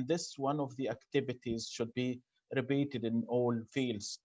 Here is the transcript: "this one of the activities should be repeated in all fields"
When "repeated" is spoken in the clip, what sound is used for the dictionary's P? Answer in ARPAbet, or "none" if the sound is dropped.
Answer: B